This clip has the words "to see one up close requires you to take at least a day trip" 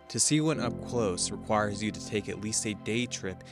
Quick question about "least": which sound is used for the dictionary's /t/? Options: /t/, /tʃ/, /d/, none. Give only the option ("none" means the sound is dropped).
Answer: /t/